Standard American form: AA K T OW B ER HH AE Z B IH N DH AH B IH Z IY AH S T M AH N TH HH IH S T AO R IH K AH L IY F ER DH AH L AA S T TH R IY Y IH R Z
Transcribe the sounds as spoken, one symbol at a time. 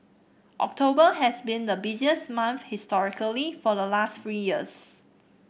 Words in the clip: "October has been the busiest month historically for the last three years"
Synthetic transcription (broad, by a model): AA K T OW B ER HH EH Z B IH N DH AH B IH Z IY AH S M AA N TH HH IH S T AO R IH K AH L IY F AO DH AH L AA S T F R IY Y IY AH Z